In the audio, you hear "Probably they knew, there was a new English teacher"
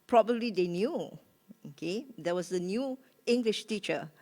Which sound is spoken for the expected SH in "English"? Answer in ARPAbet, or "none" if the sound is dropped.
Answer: SH